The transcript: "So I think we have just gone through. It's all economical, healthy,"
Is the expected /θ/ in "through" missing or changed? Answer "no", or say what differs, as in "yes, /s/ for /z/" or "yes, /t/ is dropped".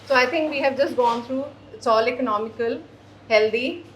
yes, /t/ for /θ/